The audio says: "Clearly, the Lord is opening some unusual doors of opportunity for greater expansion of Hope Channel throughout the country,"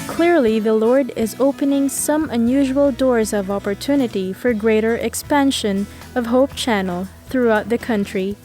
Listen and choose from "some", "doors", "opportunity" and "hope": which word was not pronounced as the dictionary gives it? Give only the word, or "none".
none